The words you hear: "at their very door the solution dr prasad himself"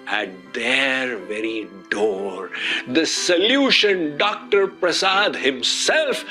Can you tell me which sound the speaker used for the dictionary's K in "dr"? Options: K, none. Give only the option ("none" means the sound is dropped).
K